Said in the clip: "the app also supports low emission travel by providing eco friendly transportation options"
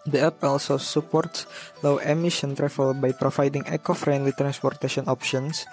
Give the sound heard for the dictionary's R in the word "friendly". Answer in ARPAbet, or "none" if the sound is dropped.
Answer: R